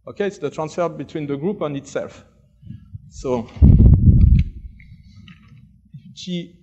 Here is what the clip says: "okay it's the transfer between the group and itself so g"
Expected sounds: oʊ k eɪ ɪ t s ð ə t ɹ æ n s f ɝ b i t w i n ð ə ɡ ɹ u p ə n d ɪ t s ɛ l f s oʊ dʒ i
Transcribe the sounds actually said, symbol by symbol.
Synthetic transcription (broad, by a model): oʊ k eɪ ɪ t s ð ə t ɹ æ n s f ɝ b i t w i n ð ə ɡ ɹ u p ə n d ɪ t s ɛ l f s oʊ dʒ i